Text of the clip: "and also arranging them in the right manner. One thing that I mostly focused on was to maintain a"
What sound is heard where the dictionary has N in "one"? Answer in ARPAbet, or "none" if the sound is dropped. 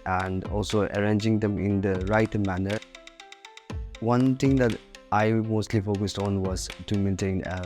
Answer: N